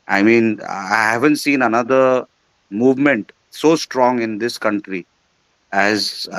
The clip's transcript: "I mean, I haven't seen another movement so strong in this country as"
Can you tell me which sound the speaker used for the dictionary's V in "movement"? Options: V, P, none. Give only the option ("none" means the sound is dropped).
V